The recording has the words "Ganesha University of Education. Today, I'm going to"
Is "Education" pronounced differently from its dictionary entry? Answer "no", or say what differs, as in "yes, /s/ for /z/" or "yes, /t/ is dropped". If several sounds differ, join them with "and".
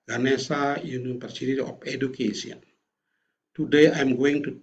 yes, /s/ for /ʃ/